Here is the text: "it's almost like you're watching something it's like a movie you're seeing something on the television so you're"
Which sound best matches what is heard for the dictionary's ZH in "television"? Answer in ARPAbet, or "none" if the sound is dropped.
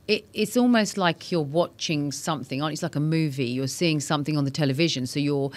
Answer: ZH